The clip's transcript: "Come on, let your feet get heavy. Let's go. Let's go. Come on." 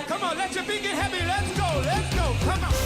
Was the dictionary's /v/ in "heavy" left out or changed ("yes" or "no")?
yes